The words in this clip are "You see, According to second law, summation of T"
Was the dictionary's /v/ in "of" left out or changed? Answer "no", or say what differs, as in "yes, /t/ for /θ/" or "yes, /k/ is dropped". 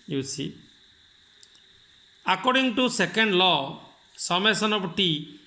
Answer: yes, /p/ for /v/